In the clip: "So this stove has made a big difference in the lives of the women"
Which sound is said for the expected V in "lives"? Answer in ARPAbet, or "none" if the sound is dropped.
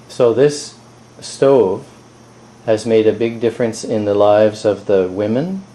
V